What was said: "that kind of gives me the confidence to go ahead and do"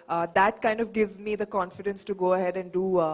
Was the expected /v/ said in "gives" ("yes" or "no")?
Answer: yes